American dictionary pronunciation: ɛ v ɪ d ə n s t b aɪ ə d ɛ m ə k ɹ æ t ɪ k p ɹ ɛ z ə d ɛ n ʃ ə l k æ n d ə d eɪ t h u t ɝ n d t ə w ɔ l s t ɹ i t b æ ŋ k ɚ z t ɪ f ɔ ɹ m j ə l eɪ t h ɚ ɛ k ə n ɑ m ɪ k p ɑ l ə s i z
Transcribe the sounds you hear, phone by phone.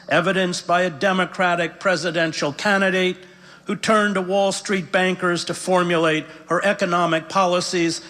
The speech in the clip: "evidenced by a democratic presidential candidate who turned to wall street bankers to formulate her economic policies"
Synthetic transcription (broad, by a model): ɛ v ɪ d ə n s b aɪ ə d ɛ m ə k ɹ æ t ɪ k p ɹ ɛ z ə d ɛ n ʃ l k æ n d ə d eɪ t h u t ɝ n t ə w ɔ l s t ɹ i t b æ ŋ k ɚ z t ɪ f ɔ ɹ m j ə l eɪ t h ɚ ɛ k ə n ɑ m ɪ k p ɑ l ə s i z